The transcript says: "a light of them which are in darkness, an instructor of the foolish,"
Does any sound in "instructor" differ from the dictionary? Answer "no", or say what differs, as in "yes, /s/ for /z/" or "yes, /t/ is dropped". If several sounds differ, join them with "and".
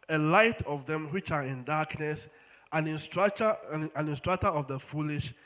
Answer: no